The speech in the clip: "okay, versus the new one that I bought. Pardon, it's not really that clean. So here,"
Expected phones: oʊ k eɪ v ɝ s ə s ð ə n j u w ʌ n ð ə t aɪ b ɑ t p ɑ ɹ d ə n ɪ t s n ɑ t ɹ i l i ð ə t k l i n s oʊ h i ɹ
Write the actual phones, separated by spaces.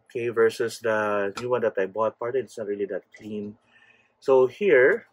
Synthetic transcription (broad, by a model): k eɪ v ɝ s ə s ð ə n j u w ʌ n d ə t aɪ b ɑ t p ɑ ɹ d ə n ɪ t s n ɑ t ɹ i l i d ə t k l i n s oʊ h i ɹ